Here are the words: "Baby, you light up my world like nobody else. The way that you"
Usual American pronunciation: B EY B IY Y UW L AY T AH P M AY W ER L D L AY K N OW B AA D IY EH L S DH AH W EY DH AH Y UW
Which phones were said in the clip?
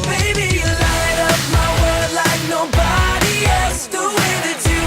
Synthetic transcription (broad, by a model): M EY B IY Y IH L AY T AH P M AY W ER D L AY K N OW B AA D IY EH L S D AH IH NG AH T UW